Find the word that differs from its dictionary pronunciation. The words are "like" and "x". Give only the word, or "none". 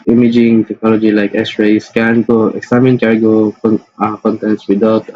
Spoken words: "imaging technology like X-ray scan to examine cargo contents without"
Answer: x